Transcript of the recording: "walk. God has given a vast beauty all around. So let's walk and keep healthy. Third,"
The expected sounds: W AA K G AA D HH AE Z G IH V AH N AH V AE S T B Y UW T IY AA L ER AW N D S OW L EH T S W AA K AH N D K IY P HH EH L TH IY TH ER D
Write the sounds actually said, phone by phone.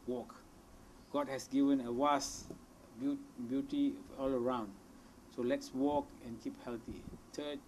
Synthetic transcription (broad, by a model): W AA K G AA D HH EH S G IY V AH N AH W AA S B B Y UW T IY AA L ER AW N D S OW L EH T S W AA K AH N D K IY P HH EH L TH IY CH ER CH